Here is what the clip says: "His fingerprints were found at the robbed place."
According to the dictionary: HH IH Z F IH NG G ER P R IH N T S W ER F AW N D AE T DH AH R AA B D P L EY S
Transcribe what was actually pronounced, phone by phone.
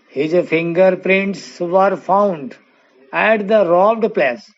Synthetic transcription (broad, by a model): HH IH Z F IH NG G ER P R IH N T S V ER F AW N D AE T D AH R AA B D P L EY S